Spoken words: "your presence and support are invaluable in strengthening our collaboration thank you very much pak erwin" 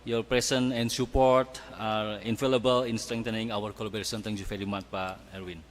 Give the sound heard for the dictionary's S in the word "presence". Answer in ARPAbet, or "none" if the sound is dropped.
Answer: none